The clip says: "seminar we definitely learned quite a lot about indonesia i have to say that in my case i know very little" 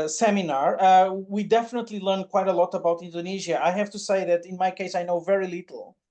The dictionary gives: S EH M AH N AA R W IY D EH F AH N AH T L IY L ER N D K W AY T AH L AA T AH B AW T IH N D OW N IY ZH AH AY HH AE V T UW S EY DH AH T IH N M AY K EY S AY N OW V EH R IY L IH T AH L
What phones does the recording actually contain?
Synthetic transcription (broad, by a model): S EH M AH N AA R W IY D EH F AH N AH T L IY L ER N K W AY T AH L AA T AH B AW T IH N D OW N IY ZH AH AY HH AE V T UW S EY DH AH T IH N M AY K EY S AY N OW V EH R IY L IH T L